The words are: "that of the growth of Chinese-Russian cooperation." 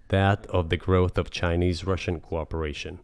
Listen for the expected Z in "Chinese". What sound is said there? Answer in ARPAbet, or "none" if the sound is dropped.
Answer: Z